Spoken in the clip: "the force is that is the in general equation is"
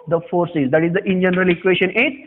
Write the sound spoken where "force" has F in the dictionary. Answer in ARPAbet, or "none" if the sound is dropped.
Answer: F